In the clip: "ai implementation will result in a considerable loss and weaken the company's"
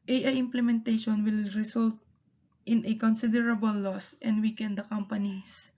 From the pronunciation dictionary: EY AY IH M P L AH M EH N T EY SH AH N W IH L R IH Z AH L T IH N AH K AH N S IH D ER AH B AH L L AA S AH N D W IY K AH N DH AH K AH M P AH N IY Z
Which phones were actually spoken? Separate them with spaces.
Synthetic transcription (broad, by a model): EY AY IH M P L AH M EH N T EY SH AH N W IH L R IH S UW L T IH N AH K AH N S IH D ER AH B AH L L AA S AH N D W IY K AH N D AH K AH M P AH N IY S